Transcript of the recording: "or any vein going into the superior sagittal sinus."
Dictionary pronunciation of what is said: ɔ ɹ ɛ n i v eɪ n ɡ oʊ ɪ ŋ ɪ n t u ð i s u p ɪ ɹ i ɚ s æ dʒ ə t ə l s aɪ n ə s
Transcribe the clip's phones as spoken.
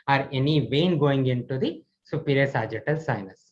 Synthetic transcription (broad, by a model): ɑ ɹ ɛ n i v eɪ n ɡ oʊ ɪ ŋ ɪ n t u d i s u p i ɹ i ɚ s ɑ dʒ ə t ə l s aɪ n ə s